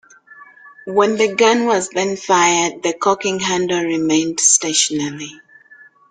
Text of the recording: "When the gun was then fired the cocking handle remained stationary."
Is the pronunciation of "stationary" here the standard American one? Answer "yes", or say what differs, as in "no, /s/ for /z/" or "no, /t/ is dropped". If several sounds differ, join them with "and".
no, /l/ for /ɹ/